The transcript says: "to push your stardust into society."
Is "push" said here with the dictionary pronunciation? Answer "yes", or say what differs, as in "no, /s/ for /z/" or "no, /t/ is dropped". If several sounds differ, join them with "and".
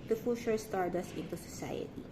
no, /f/ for /p/